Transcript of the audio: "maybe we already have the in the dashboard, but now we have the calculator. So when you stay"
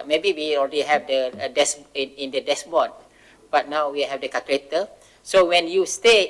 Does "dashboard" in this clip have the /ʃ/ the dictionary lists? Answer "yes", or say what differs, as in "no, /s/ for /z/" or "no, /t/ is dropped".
no, /s/ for /ʃ/